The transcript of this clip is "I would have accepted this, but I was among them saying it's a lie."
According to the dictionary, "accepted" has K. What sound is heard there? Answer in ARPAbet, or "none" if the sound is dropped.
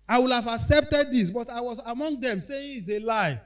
K